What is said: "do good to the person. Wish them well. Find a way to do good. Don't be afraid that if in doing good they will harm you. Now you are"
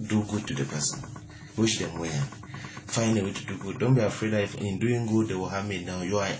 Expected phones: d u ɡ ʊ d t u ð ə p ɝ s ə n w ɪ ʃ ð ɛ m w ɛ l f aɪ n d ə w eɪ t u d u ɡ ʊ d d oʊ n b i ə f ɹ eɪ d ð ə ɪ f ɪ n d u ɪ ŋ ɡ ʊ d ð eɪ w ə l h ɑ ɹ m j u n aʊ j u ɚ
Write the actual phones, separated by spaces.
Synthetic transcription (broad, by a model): d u ɡ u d t u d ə p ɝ s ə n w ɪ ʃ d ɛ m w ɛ n f aɪ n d ə w eɪ t u d u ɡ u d d oʊ n b i ə f ɹ eɪ d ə ɪ f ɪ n d u ɪ ŋ ɡ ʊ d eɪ w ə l h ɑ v m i n aʊ j u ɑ